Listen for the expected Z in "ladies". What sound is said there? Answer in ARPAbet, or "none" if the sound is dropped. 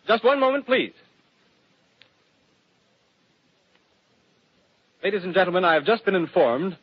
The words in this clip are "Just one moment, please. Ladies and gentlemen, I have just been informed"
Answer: Z